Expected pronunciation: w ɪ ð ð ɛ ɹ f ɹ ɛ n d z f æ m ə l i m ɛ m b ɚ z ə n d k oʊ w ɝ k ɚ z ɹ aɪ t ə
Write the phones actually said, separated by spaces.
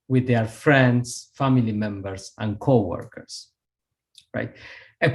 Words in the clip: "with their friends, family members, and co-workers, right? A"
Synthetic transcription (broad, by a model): w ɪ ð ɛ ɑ ɹ f ɹ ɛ n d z f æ m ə l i m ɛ m b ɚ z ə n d k oʊ w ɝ k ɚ s ɹ aɪ t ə